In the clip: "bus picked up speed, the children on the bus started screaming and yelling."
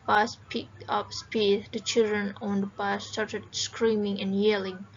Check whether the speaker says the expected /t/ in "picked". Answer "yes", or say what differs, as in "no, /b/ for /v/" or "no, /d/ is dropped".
no, /t/ is dropped